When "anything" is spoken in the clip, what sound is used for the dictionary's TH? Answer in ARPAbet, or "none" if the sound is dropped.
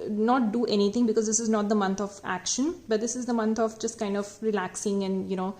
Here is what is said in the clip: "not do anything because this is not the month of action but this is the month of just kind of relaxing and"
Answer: T